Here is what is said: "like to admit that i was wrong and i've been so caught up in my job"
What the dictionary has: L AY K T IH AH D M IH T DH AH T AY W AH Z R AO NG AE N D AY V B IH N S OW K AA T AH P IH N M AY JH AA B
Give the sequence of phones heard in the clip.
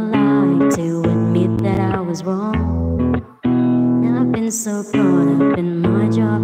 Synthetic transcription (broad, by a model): L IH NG T IH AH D M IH T DH AH T AY W AH Z R AO NG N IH AY V B IH N S OW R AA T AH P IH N M AY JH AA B